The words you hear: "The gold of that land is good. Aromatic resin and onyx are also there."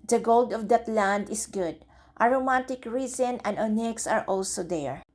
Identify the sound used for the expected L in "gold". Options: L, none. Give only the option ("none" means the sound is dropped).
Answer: L